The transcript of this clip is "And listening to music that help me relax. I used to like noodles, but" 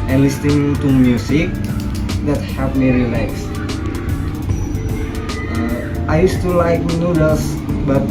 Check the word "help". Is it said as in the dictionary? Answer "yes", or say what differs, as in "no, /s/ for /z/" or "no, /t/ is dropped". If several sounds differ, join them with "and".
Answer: no, /l/ is dropped